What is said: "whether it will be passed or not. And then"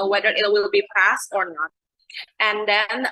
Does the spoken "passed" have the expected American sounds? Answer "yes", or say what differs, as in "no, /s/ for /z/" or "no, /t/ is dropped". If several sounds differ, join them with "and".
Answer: yes